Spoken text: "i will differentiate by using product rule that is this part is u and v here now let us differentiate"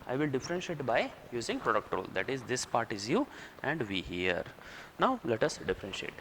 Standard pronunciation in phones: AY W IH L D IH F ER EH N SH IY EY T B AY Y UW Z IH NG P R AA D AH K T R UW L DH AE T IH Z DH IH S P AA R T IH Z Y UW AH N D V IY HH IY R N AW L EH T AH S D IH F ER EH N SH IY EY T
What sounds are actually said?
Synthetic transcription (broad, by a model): AY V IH L D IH F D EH N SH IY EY T B AY Y UW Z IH NG P R AA D AH K T R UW L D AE T IH Z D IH S P AA R T IH Z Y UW AH N D V IY HH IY R N AW L EH T AH S D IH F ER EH N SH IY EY T